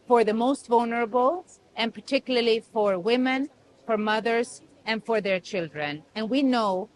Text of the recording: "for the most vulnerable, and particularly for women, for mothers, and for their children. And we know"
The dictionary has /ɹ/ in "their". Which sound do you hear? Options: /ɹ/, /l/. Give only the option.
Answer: /ɹ/